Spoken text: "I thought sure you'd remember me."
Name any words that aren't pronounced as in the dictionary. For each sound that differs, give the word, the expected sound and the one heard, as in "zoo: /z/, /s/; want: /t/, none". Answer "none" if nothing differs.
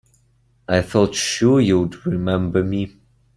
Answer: thought: /θ/, /f/